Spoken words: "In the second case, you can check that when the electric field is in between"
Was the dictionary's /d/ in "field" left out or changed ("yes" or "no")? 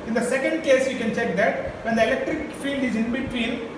no